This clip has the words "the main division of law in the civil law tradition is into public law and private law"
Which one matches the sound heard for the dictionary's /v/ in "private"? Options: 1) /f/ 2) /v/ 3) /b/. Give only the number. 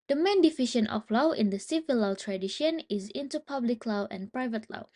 2